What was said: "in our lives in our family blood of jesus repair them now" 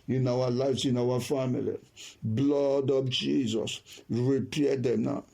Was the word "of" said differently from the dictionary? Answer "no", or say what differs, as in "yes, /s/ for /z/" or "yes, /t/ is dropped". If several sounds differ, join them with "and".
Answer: yes, /p/ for /v/